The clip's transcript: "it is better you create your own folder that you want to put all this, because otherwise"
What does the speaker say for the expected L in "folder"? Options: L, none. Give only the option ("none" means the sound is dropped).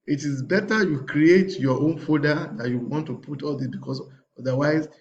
none